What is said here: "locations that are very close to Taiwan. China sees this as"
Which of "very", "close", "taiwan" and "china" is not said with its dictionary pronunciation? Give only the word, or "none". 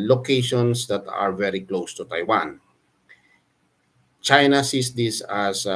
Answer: none